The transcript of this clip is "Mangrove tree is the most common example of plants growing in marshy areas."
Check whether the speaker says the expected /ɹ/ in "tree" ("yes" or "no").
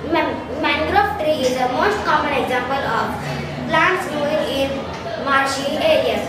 yes